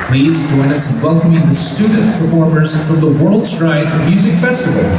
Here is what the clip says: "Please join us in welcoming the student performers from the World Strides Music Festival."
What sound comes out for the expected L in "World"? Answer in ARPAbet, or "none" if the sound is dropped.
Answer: L